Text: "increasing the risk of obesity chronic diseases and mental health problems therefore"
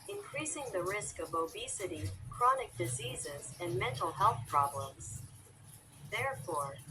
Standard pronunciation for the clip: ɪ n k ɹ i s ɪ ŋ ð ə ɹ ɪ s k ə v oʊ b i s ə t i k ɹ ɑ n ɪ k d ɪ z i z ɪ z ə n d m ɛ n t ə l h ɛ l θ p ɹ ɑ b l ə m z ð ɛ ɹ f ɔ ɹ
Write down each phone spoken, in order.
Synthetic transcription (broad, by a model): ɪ n k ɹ i s ɪ ŋ ð ə ɹ ɪ s k ə v oʊ b i s ə t i k ɹ ɑ n ɪ k d ɪ z i z ɪ z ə n m ɛ n t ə l h ɛ l θ p ɹ ɑ b l ə m z ð ɛ ɹ f ɔ ɹ